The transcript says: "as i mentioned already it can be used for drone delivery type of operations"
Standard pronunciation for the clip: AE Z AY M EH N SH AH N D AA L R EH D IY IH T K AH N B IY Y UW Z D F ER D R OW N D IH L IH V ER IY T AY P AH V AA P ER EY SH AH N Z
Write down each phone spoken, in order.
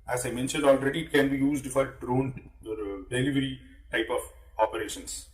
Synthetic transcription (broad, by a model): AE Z AY M EH N SH AH N D AA L R EH D IY IH T K AH N B IY Y UW Z D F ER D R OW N D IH L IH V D IY T AY P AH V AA P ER EY SH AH N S